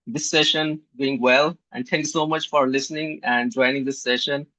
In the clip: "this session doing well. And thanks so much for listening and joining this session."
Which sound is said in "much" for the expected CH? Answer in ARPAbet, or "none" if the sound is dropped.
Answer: CH